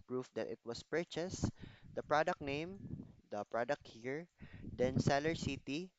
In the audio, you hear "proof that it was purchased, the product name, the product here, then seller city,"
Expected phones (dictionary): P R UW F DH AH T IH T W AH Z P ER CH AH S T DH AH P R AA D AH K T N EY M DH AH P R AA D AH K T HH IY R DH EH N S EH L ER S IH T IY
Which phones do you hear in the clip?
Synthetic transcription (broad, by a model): P R UW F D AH T IH T W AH S P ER CH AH S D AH P R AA D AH K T N EY M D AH P R AA D AH K T HH IY R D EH N S EH L ER S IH T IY